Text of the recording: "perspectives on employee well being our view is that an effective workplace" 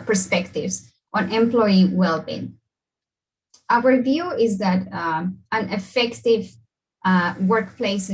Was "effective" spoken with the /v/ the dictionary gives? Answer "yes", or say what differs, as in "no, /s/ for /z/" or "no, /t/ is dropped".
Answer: yes